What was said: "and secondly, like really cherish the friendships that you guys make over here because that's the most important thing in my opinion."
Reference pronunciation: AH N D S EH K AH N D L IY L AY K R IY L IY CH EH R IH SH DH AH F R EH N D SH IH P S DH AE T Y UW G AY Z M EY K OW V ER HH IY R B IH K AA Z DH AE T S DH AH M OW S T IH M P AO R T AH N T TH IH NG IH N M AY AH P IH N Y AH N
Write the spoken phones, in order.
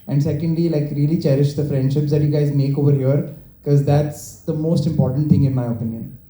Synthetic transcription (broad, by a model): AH N D S EH K AH N D L IY L AY K R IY L IY CH EH R IH SH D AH F R EH N D SH IH P S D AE T Y UW G AY Z M EY K OW V ER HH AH R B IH K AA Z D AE T S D AH M OW S T IH M P AO R T AH N T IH NG IH N M AY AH P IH N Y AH N